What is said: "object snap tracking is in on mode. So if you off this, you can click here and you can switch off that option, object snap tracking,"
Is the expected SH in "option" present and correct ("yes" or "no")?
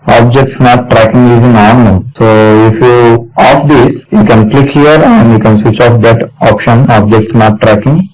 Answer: yes